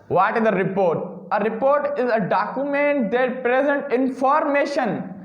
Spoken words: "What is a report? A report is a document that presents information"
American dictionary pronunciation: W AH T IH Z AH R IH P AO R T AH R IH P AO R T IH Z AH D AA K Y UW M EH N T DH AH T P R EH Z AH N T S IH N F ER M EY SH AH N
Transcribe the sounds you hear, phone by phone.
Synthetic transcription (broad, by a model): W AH T IH Z AH R IH P AO R T AH R IH P AO R T IH Z AH D AA K Y UW M EH N T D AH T P R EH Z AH N T IH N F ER M EY SH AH N